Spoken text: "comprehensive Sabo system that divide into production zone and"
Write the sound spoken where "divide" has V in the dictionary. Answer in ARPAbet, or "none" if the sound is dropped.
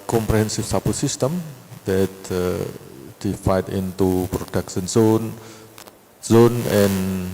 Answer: F